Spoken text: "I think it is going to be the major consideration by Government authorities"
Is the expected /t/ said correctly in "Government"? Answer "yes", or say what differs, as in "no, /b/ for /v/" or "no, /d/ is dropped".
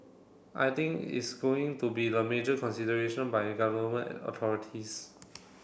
no, /t/ is dropped